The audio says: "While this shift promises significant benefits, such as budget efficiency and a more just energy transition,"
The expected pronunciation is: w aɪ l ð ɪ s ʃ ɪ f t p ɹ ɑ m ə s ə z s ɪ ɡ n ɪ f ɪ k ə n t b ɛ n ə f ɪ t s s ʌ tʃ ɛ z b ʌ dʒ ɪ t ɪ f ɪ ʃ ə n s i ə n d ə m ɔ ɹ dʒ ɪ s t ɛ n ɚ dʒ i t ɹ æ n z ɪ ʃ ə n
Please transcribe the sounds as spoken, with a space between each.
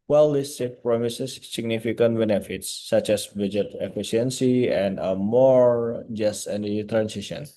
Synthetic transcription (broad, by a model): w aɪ l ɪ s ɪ t p ɹ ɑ m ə s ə s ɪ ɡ n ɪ f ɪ k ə n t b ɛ n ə f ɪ t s s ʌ tʃ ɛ s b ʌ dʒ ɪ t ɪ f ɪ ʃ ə n s i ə n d ə m ɔ ɹ dʒ ɪ s t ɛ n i t ɹ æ n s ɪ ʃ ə n